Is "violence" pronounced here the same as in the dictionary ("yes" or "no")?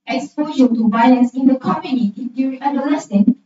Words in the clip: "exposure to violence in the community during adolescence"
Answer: no